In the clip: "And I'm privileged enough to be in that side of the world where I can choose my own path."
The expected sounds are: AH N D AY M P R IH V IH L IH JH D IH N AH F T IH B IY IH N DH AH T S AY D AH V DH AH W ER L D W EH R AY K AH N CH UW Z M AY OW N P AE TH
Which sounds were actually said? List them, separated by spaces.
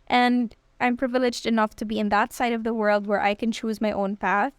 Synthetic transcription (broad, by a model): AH N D AY M P R IH V IH L IH JH D IH N AH F T IH B IY IH N DH AH T S AY D AH V DH AH W ER L D W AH R AY K AH N CH UW Z M AY OW N P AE TH